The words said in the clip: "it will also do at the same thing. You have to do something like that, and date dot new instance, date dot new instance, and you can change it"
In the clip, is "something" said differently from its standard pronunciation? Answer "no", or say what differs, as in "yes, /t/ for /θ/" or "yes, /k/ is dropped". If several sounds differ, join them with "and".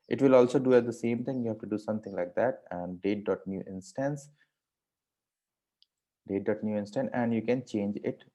yes, /t/ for /θ/